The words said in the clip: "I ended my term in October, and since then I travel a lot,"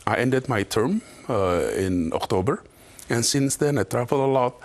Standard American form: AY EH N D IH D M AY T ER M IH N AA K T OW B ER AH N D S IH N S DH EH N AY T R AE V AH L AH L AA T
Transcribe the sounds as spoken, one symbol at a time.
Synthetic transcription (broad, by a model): AY EH N D IH D M AY T ER M IH N AA K T OW B ER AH N S IH N S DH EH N AY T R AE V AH L AH L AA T